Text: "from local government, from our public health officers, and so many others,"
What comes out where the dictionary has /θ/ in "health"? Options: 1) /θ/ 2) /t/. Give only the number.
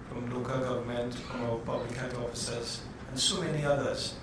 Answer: 2